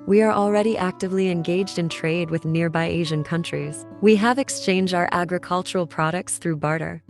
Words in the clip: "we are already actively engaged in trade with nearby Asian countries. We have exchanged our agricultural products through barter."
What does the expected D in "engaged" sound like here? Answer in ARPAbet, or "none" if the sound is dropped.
D